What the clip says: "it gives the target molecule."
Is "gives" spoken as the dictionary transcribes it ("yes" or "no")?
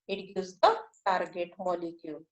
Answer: no